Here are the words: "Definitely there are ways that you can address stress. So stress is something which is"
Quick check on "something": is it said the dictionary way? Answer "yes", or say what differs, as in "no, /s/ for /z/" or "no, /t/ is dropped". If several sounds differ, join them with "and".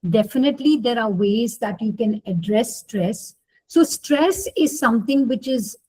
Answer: no, /t/ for /θ/